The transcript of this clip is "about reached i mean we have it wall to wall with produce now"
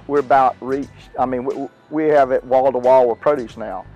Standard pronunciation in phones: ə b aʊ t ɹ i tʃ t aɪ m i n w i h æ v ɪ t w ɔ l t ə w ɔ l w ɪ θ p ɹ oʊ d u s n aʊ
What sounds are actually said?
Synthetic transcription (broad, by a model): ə b aʊ t ɹ i tʃ aɪ m i n w i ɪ v ɪ t w ɔ l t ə w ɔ l w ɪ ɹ p ɹ oʊ d u s n aʊ